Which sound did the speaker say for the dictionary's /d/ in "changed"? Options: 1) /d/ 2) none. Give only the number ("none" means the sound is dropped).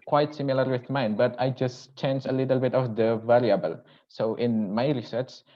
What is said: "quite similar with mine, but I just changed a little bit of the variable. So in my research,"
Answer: 2